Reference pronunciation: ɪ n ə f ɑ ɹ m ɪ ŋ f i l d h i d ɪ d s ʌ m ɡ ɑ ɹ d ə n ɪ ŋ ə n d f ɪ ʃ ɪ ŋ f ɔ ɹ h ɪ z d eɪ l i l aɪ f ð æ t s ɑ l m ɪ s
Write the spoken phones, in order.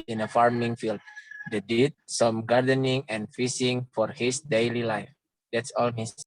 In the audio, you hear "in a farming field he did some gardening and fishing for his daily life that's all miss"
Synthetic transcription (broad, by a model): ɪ n ə f ɑ ɹ m ɪ ŋ f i l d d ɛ d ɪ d s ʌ m ɡ ɑ ɹ d ə n ɪ ŋ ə n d f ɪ s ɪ ŋ f ɔ ɹ h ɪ s d eɪ l i l aɪ f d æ t s ɑ l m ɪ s